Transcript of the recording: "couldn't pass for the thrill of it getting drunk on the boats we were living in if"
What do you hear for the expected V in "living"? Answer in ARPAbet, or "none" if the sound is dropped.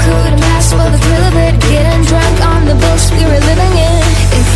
V